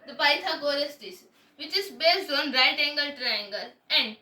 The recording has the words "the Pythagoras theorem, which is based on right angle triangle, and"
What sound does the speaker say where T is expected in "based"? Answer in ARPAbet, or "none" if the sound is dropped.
T